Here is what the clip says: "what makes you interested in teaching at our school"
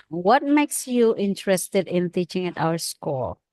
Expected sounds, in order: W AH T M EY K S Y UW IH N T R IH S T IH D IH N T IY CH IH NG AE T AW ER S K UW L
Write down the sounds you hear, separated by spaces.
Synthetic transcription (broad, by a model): W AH T M EY K S Y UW IH N T R IH S T IH D IH N T IY CH IH NG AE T AW ER S K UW L